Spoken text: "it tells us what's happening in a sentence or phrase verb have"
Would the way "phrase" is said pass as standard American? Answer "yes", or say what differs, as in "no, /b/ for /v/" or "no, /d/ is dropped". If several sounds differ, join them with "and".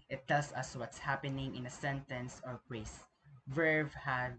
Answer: no, /p/ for /f/ and /s/ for /z/